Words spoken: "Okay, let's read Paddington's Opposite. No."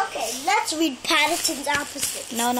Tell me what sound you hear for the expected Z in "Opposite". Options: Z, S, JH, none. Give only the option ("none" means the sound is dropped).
S